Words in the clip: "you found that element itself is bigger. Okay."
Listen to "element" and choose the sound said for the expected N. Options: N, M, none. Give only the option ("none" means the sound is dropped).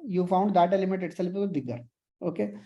none